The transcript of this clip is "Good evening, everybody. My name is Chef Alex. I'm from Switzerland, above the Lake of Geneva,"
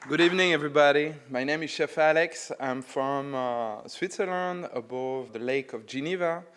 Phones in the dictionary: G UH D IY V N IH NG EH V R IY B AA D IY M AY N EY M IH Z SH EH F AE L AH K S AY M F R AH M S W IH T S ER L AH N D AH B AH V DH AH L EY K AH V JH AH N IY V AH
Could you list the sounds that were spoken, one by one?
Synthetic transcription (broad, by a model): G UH D IY V N IH NG EH V R IY B AA D IY M AY N EY M IH Z SH EH F AE L AH K S AY M F R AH M S W IH T S ER L AH N D AH B AH V DH AH L EY K AH V JH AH N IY V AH